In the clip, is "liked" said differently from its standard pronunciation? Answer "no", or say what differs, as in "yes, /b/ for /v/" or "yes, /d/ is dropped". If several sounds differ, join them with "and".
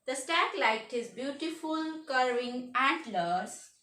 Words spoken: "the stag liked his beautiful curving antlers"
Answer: yes, /k/ is dropped